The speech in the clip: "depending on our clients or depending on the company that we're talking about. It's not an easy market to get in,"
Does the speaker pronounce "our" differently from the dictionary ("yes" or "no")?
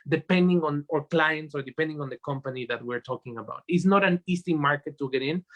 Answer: no